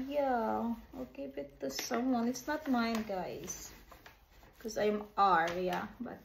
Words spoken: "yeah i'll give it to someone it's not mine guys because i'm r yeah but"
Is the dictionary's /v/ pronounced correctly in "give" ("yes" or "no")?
no